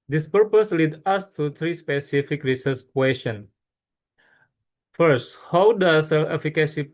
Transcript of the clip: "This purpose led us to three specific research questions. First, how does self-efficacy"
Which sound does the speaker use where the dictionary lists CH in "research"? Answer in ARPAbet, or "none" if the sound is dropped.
S